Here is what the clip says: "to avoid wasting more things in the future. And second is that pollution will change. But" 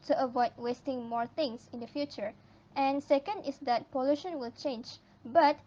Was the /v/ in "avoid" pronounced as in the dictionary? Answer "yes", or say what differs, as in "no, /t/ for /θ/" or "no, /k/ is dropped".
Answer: yes